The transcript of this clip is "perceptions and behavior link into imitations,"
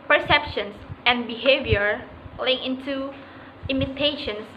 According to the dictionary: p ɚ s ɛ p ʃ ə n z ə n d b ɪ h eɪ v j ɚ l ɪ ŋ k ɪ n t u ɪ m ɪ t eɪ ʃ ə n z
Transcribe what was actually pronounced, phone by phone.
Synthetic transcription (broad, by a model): p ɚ s ɛ p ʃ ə n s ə n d b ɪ h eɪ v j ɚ l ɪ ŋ ɪ n t u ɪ m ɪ t eɪ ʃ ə n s